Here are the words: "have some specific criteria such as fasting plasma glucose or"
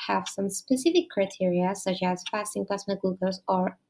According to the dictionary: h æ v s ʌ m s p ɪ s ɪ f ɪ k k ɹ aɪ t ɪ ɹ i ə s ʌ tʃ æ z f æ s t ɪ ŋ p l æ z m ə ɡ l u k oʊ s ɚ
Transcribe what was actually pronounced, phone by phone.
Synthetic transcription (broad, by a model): h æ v s ʌ m s p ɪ s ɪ f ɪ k k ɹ aɪ t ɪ ɹ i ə s ʌ tʃ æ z f æ s t ɪ ŋ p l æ s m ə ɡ u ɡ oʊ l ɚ